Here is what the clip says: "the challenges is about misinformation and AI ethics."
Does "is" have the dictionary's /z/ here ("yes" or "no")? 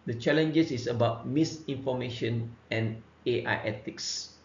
no